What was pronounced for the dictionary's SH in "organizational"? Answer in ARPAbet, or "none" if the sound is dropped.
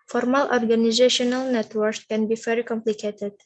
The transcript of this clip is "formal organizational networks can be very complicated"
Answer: SH